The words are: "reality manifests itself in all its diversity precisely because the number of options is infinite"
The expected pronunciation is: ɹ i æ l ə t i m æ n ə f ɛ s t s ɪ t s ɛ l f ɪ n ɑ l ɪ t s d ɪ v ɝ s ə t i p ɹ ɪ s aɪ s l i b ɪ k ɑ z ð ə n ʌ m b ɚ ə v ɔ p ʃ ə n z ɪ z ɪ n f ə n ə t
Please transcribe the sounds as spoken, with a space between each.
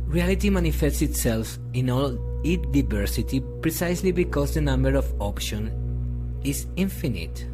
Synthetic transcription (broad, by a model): ɹ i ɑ l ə t i m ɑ n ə f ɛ s t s ɪ t s ɛ l f ɪ n ɑ l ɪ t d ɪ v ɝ s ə t i p ɹ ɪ s aɪ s l i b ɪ k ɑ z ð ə n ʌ m b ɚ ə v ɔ p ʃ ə n ɪ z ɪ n f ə n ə t